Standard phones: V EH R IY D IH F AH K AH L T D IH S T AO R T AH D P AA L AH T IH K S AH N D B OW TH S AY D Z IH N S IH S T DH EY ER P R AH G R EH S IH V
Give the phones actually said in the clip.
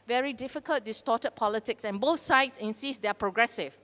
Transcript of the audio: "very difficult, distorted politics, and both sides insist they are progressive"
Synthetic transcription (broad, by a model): V EH R IY D IH F AH K AH L T D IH S T AO T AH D P AA L AH T IH K S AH N B OW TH S AY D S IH N S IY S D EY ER P R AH G R EH S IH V